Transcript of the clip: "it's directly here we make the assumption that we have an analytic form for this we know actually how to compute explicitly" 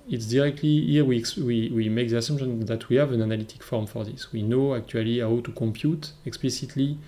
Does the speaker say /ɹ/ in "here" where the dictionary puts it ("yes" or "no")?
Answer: no